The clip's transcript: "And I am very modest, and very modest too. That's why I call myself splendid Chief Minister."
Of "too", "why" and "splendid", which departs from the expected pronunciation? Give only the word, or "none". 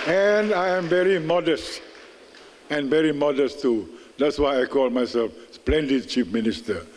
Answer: none